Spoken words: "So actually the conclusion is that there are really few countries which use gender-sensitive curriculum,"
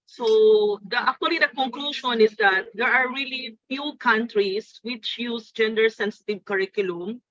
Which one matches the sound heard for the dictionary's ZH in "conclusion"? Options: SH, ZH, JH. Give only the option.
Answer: SH